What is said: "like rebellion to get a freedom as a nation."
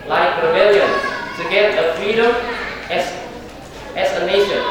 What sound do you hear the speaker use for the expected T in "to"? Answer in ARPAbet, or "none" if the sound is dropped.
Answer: S